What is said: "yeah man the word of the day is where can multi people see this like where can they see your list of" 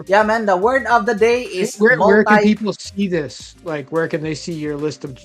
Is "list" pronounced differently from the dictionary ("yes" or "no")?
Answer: no